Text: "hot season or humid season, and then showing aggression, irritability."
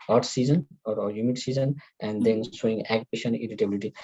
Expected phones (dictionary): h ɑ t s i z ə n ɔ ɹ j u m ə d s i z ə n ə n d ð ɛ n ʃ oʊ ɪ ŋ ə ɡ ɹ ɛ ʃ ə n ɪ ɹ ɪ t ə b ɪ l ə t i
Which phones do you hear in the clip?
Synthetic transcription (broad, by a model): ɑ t s i z ə n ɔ ɹ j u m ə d s i z ə n ə n d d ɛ n s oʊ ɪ ŋ ɡ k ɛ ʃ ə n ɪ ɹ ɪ t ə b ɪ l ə t i